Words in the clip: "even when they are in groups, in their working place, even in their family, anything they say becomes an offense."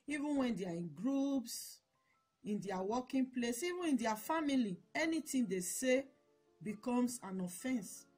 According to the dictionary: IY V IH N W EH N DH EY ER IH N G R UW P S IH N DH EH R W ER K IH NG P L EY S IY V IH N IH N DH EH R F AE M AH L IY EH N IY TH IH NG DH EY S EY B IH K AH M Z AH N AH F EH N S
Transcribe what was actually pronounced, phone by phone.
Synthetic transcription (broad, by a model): IY V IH N W EH N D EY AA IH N G R UW P S IH N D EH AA W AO K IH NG P L EY S IY V IH N IH N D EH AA F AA M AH L IY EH N IY T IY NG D EY S EY B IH K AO M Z AH N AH F EH N S